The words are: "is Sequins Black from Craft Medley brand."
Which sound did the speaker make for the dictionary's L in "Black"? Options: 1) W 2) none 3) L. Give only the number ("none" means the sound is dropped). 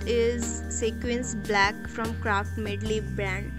3